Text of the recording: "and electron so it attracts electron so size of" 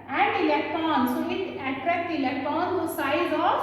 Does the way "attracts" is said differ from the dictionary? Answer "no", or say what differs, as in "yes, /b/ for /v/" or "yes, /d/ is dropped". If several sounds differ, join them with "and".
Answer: yes, /s/ is dropped